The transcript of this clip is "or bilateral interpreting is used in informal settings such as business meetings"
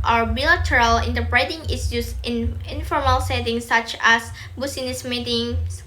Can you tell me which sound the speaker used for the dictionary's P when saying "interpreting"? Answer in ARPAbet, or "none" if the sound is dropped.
B